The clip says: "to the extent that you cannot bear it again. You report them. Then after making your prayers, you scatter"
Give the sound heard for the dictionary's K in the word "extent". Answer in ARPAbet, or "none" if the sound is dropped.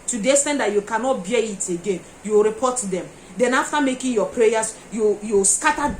none